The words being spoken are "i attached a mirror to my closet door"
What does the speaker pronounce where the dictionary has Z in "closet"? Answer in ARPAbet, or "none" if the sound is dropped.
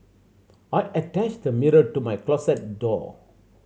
S